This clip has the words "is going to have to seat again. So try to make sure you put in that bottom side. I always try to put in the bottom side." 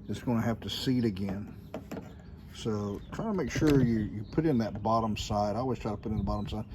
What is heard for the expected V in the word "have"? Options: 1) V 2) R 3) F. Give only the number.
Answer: 3